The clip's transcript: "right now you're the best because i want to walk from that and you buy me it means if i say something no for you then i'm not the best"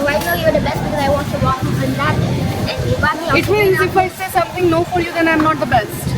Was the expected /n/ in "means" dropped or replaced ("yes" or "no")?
yes